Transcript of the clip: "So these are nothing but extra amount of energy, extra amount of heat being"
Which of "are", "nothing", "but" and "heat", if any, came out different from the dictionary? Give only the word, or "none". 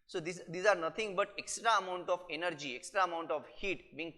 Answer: nothing